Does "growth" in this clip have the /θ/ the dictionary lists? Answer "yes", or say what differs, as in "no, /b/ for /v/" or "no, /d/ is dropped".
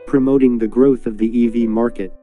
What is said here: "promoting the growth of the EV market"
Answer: yes